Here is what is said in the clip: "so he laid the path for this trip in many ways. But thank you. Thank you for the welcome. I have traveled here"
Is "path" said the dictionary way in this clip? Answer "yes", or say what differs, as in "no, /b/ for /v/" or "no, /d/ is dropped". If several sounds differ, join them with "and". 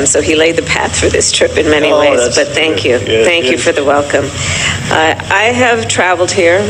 yes